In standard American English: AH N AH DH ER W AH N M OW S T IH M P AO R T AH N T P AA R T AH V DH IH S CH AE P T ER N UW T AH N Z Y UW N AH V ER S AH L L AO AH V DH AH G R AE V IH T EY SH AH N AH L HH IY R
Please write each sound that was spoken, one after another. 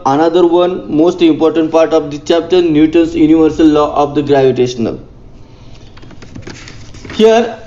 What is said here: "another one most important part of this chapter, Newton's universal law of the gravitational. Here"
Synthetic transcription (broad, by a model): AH N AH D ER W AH N M OW S T IH M P AO R T AH N T P AA R T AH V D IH CH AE P T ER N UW T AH N S Y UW N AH V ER S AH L L AO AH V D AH G R AE V IH T EY SH AH N AH L HH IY R